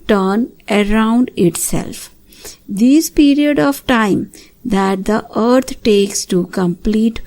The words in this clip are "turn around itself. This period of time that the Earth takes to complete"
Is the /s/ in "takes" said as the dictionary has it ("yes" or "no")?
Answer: yes